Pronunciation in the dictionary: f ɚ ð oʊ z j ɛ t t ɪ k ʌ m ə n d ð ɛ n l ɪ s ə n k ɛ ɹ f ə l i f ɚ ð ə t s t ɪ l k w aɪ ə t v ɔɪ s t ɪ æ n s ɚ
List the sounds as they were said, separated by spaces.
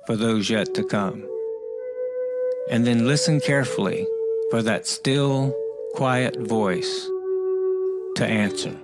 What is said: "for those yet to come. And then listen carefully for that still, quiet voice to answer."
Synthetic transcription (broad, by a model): f ɚ ð oʊ z j ɛ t t ɪ k ʌ m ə n ð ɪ n l ɪ s ə n k ɛ ɹ f l i f ɚ ð ə t s t ɪ l k w aɪ ə t v ɔɪ s t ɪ æ n s ɚ